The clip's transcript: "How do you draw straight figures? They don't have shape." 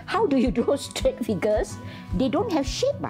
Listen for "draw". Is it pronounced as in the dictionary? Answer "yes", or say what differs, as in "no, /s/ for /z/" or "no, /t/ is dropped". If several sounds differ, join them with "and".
no, /ɹ/ is dropped